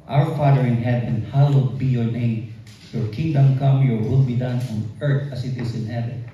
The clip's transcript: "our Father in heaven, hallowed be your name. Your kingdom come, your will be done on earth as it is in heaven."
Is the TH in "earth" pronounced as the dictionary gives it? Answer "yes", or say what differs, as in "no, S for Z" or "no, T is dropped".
no, T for TH